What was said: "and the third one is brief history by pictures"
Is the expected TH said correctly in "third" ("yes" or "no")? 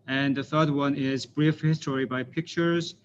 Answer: yes